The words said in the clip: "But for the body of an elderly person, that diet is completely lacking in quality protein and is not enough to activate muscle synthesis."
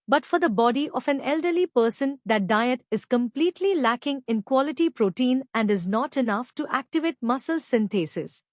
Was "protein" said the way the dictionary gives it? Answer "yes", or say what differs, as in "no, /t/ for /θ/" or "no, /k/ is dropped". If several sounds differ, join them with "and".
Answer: yes